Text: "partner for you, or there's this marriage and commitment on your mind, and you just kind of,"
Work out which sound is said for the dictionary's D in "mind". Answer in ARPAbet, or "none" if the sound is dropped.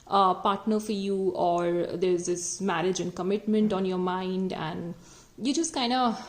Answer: D